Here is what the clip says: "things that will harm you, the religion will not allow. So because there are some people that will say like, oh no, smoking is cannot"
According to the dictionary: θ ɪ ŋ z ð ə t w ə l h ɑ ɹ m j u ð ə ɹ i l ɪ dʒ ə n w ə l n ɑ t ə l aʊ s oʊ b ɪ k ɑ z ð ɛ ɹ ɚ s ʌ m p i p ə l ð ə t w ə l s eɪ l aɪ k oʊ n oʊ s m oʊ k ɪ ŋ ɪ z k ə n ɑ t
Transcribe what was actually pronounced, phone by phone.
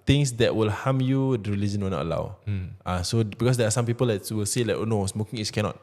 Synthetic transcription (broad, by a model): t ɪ ŋ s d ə t w ə l h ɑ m j u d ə ɹ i l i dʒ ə n w ə l n ɑ t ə l aʊ s oʊ b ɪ k ɑ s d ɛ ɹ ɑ s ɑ m p i p ə l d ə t w ə l s eɪ l aɪ k oʊ n oʊ s m oʊ k ɪ ŋ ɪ s k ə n ɑ t